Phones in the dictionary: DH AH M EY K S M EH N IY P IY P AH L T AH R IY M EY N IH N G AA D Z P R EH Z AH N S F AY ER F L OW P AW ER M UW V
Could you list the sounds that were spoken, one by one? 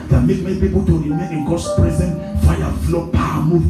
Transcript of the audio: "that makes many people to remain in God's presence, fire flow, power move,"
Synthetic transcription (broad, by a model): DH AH M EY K M EH N IY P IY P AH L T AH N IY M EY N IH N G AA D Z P R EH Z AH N F AY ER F L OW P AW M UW